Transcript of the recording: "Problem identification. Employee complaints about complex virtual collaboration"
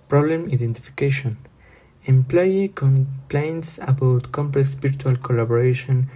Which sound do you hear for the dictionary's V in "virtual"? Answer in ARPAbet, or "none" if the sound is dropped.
P